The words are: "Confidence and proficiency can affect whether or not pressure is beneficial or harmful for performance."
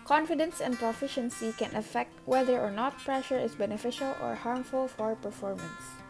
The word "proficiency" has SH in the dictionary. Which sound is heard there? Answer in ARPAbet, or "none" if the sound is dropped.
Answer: SH